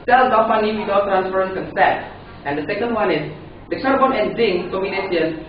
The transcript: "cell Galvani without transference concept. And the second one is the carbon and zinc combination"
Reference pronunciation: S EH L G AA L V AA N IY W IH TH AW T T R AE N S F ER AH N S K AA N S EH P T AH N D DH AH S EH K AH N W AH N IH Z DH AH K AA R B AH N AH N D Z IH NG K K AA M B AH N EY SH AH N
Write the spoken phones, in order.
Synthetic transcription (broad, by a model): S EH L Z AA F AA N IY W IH T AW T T R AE N S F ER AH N K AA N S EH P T AH N D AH S EH K AH N W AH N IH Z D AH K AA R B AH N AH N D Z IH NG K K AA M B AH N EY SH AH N